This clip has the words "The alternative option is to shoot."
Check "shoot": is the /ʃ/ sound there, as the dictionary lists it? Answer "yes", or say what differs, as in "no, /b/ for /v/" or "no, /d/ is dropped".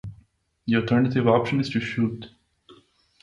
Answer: yes